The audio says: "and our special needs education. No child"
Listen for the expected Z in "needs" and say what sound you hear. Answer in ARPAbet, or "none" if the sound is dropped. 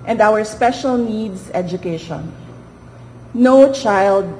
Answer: S